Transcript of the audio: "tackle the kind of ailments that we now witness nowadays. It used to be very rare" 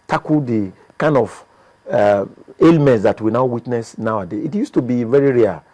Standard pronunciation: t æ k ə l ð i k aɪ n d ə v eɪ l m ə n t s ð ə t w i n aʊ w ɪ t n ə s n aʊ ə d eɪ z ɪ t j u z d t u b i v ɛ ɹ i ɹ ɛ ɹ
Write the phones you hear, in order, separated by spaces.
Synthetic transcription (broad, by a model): t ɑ k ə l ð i k aɪ n d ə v eɪ l m ə n t s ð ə t w i n aʊ w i t n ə s n aʊ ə d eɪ ɪ t j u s t u b i v ɛ ɹ i ɹ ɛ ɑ